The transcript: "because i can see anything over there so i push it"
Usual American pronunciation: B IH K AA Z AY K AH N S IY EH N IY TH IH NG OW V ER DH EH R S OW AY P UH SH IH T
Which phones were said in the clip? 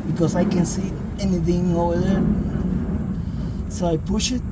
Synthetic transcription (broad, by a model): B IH K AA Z AY K AH N S IY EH N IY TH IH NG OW UH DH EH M S OW AY P UH SH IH T